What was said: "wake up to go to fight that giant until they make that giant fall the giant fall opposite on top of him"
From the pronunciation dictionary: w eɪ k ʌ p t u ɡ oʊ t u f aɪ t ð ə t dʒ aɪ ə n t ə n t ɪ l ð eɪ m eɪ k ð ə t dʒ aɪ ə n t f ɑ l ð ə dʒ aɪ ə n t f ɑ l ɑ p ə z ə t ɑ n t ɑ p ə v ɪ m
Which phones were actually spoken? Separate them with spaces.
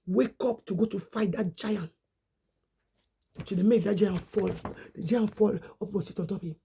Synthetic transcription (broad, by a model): w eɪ k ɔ p t u ɡ oʊ t u f aɪ t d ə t dʒ aɪ ə n t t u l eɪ m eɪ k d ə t dʒ aɪ ə n t f ɑ l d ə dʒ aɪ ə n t f ɑ l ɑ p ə s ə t ɑ n t ɑ p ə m